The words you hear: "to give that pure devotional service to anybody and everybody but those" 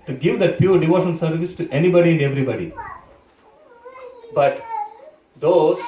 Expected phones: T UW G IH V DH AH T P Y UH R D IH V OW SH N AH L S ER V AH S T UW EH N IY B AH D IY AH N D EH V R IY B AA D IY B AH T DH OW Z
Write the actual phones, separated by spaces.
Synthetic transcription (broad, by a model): T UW G IH V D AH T P Y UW R D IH V OW SH AH N S ER V AH S T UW EH N IY B AH D IY AH N D EH V R IY B AA D IY B AH T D OW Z